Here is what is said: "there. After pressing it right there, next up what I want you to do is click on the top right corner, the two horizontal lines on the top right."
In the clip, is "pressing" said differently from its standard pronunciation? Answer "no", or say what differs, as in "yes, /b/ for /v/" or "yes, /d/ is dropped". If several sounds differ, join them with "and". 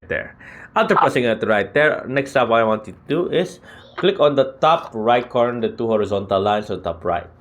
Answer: yes, /ɹ/ is dropped